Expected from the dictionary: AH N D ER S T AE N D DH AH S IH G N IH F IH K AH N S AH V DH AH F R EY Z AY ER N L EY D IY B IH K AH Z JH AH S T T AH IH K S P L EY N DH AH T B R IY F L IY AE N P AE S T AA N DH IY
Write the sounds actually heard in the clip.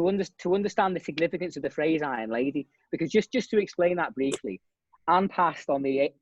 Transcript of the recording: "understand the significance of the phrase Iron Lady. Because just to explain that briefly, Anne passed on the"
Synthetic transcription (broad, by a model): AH N D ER S T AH N D DH AH S IH G N IH F IH K AH N S AH V DH AH F R EY Z AY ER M L EY D IY B IH K AH Z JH AH S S T AH IH K S P L EY N DH AH T B R IY F L IY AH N P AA S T N DH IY